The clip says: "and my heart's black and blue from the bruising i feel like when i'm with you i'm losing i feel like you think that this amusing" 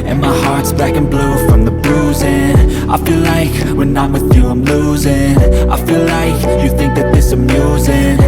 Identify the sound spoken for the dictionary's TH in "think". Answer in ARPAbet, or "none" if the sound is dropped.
TH